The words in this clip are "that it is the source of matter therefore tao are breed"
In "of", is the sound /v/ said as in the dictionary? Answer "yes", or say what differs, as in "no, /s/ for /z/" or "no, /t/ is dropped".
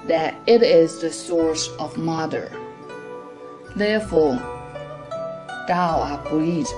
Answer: yes